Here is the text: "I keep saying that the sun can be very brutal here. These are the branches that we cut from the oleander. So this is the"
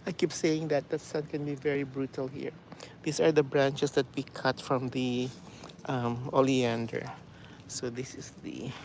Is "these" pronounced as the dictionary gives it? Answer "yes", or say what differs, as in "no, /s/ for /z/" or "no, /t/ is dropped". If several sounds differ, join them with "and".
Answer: no, /s/ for /z/